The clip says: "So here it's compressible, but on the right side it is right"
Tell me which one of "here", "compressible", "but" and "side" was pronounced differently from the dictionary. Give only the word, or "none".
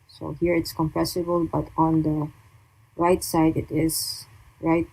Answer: none